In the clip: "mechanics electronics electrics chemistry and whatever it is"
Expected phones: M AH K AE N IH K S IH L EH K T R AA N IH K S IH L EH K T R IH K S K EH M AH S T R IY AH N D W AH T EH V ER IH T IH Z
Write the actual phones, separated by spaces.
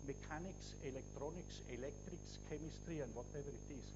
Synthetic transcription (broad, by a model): M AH K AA N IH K S IH L EH K T R AA N IH K S IH L EH K T R IH K S K EH M AH S T R IY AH N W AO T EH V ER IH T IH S